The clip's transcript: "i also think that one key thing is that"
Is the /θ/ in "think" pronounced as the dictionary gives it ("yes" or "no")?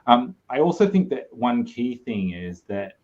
yes